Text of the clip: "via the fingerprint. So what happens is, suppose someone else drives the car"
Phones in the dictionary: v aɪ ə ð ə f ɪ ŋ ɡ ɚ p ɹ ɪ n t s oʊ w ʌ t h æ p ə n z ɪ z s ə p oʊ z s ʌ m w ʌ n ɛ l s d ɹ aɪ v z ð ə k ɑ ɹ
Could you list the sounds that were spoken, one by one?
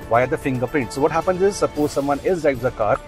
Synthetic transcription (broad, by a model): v aɪ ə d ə f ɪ ŋ ɡ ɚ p ɛ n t s oʊ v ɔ t h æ p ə n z ɪ z s ə p oʊ z s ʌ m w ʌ n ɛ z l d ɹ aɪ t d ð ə k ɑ ɹ